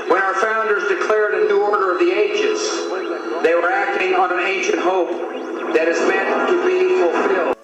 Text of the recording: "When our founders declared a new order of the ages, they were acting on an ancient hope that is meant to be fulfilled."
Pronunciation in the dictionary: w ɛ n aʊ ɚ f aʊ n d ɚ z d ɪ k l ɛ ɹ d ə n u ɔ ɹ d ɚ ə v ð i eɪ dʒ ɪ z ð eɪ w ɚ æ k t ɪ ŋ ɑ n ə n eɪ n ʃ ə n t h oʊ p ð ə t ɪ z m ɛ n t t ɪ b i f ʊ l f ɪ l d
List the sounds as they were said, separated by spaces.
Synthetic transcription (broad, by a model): w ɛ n aʊ ɚ f aʊ n d ɚ z d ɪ k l ɛ ɹ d ə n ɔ ɔ ɹ d ɚ ə v ð i eɪ dʒ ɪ s ð eɪ w ɚ æ k t ɪ ŋ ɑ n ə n eɪ n ʃ ə n t h oʊ p ð ə t ɪ z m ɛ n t t ɪ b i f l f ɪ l